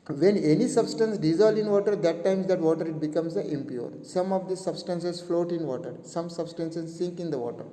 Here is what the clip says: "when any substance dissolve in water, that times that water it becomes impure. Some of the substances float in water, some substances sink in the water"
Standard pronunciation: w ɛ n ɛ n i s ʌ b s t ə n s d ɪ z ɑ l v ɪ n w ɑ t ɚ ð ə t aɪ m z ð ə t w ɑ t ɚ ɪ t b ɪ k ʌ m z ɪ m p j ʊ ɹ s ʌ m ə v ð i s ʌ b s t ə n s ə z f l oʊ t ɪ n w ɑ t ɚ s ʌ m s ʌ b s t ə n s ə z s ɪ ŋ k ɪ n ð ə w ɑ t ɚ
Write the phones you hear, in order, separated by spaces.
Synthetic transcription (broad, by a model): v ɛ n ɛ n i s ʌ b s t ə n s d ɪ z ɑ l ɪ n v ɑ t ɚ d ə t aɪ m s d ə t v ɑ t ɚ ɪ t b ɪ k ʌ m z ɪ m p j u ɹ s ʌ m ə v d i s ʌ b s t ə n s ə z f l oʊ t ɪ n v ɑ t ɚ s ʌ m s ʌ b s t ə n s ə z s ɪ ŋ k ɪ n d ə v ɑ t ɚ